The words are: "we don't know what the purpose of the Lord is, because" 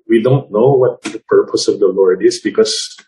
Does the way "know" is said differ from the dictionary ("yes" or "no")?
no